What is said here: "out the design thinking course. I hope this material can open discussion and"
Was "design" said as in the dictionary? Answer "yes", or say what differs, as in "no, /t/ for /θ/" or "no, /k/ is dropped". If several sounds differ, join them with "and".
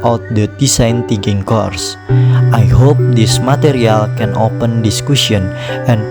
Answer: no, /s/ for /z/